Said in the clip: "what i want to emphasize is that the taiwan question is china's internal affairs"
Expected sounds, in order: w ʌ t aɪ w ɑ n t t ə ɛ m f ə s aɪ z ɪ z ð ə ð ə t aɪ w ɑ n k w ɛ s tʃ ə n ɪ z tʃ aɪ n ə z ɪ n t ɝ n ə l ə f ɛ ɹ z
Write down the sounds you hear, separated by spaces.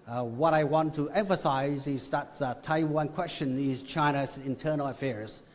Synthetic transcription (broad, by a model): w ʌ t aɪ w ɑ n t t ə ɛ m f ə s aɪ z ɪ z ð ə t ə t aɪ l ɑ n k w ɛ s tʃ ə n ɪ z tʃ aɪ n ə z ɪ n t ɝ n l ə f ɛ ɹ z